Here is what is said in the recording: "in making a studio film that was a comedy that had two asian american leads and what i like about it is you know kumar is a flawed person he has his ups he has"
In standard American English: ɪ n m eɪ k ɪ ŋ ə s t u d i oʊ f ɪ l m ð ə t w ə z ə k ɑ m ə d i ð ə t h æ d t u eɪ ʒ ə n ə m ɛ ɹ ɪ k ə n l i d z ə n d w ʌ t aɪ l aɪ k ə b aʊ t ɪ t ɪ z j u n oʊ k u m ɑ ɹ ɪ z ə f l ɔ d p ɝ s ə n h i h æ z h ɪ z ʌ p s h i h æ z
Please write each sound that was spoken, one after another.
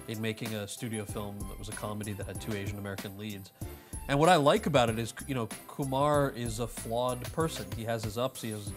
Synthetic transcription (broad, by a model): ɪ n m eɪ k ɪ ŋ ə s t u d i oʊ f ɪ l m ð ə t w ə z ə k ɑ m ə d i ð ə t h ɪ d t u eɪ ʒ ə n ə m ɛ ɹ ɪ k ə n l i d z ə n w ʌ t aɪ l aɪ k ə b aʊ t ɪ t ɪ z j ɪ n oʊ k u m ɑ ɹ ɪ z ə f l ɔ d p ɝ s ə n i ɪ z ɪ z ʌ p s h i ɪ z